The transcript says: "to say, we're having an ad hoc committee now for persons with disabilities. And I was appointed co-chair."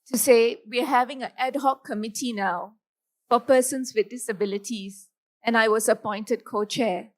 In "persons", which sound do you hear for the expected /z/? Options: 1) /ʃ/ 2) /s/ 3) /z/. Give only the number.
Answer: 2